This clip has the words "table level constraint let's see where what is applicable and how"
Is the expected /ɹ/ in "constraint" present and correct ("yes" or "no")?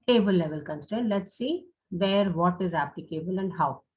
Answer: no